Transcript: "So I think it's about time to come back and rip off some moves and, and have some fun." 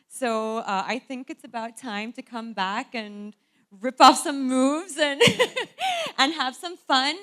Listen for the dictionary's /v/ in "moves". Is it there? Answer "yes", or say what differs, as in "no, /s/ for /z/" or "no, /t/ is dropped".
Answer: yes